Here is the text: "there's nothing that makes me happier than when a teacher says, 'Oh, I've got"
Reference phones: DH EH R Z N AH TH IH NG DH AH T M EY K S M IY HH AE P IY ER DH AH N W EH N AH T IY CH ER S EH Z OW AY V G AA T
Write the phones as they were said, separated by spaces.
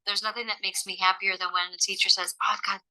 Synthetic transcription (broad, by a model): DH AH R Z N AH TH IH NG DH AH T M EY K S M IY HH AE P IY ER DH AH N W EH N AH T IY CH ER S EH Z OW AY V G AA